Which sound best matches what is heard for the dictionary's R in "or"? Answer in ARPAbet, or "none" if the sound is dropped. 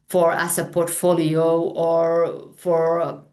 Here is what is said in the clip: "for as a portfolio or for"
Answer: R